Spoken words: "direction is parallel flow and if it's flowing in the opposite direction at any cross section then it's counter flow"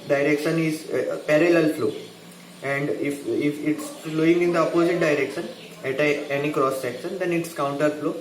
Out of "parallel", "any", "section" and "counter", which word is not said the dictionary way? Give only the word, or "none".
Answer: none